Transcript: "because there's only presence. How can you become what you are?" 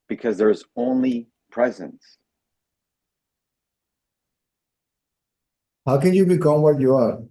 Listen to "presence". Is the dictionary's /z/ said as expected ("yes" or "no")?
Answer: yes